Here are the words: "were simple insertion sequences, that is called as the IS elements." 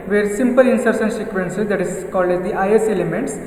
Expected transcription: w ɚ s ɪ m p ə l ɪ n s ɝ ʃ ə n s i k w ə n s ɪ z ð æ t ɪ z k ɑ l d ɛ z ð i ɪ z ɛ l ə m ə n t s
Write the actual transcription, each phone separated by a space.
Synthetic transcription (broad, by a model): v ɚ s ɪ m p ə l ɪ n s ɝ s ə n s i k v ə n s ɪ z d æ t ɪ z k ɑ l d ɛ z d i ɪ s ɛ l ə m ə n t s